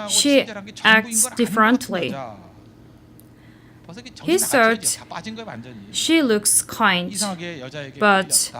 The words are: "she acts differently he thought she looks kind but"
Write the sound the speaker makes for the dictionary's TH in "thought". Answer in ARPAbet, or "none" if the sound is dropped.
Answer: S